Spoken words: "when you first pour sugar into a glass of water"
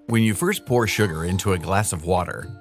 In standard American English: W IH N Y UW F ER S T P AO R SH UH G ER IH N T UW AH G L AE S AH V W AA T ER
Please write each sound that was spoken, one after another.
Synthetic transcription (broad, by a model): W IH N Y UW F ER S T P AO R SH UH G ER IH N T UW AH G L AE S AH V W AA T ER